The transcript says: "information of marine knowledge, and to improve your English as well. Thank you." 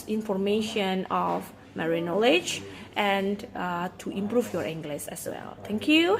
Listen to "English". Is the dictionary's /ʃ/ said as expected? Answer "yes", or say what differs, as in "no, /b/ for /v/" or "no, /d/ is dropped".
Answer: no, /s/ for /ʃ/